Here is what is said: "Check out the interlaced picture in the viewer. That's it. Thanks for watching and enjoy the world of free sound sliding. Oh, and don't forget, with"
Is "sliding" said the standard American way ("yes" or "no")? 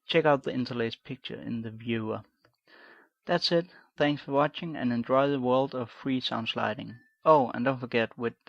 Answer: yes